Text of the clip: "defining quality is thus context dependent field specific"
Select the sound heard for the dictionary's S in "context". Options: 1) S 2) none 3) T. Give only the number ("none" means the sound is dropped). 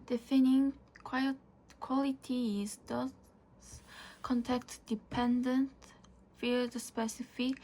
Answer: 2